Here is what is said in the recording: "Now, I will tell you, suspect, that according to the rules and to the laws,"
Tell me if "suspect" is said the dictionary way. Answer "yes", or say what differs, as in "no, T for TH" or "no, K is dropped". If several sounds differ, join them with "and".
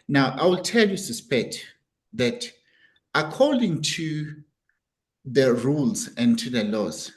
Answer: yes